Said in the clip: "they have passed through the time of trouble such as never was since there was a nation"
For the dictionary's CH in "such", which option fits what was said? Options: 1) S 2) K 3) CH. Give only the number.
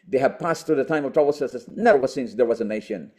1